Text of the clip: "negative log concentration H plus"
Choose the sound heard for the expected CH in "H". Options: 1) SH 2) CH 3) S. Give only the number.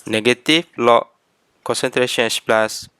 3